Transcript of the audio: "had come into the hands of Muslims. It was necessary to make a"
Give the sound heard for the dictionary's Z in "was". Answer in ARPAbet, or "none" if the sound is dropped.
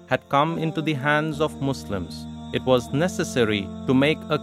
Z